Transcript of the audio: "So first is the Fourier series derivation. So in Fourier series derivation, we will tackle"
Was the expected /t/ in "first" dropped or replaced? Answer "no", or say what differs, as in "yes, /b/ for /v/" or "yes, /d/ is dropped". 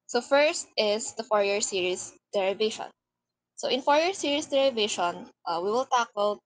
no